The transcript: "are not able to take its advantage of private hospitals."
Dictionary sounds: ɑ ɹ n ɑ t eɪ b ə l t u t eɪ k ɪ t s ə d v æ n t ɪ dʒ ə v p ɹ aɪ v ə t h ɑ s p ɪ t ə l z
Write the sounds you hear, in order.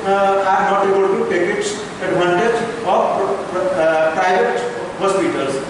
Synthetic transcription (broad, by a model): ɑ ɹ n ɑ t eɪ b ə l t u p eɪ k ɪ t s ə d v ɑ n t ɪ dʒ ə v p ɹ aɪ ə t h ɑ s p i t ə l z